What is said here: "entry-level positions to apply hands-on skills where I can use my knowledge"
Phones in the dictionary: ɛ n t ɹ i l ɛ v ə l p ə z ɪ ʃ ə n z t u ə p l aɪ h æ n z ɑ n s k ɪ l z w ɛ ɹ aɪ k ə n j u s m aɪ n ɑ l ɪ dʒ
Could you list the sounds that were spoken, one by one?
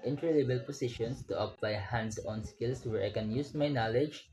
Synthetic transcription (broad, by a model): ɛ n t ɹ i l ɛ b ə l p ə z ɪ ʃ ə n s t u ə p l aɪ h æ n s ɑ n s k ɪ l s w ɛ ɹ aɪ k ə n j u s m aɪ n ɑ l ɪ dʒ